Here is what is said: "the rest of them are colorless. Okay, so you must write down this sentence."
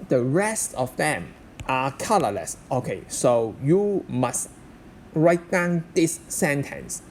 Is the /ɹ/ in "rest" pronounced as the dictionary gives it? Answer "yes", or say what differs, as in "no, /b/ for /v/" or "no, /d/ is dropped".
yes